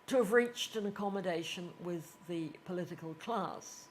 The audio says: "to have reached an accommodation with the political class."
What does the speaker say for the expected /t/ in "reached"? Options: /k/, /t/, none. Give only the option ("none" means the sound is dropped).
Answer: /t/